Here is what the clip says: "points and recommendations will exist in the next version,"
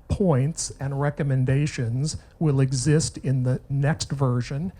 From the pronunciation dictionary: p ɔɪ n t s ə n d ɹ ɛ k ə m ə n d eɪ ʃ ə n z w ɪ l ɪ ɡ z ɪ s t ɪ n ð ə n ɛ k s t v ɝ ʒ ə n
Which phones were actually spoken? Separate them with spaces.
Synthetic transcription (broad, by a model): p ɔɪ n t s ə n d ɹ ɛ k ə m ə n d eɪ ʃ ə n z w ɪ l ɪ ɡ z ɪ s t ɪ n ð ə n ɛ k s t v ɝ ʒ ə n